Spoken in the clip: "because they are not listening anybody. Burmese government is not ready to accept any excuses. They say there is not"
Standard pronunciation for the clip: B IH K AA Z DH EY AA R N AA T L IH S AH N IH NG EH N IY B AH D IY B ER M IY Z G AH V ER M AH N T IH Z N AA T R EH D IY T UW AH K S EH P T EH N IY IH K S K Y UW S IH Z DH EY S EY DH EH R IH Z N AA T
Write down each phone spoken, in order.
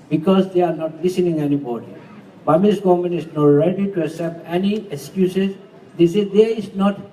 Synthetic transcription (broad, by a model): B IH K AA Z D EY AA R N AA T L IH S AH N IH NG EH N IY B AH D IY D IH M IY S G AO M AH N IH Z N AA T R EH D IY T UW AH S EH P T EH N IY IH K S K Y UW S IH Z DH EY S EY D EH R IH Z N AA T